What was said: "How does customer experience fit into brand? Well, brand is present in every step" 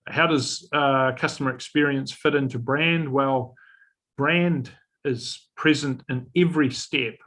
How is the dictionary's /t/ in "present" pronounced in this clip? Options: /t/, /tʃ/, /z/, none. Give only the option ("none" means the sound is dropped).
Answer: /t/